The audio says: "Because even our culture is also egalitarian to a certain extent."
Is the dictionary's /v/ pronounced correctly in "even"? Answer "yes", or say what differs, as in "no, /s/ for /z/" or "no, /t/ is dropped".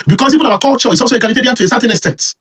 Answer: no, /p/ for /v/